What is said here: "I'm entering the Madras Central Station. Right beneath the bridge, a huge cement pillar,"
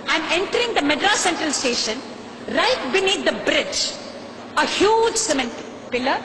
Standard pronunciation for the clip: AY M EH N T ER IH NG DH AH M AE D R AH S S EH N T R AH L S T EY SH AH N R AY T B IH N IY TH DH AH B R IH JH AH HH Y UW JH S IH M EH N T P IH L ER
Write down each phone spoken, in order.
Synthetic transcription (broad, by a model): AY M EH N T ER IH NG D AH M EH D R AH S S EH N T R AH L S T EY SH AH N R AY T B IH N IY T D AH B R IH JH AH HH Y UW JH S IH M EH N T P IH L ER